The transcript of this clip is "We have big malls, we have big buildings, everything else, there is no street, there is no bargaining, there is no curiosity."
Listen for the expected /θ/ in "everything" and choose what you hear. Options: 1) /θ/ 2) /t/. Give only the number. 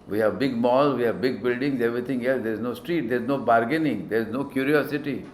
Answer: 2